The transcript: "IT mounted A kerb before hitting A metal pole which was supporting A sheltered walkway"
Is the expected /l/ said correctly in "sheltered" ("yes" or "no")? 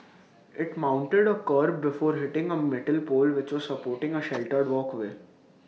yes